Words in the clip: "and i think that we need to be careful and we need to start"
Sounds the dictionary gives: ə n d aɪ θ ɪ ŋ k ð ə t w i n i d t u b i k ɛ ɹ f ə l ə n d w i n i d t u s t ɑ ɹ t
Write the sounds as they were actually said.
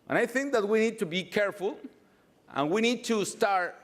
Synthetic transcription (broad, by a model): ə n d aɪ θ ɪ ŋ k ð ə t w i n i d t u b i k ɛ ɹ f ə l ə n w i n i d t u s t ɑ ɹ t